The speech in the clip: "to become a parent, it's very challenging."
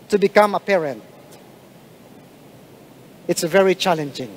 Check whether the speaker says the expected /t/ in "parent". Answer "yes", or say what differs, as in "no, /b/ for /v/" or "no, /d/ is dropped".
yes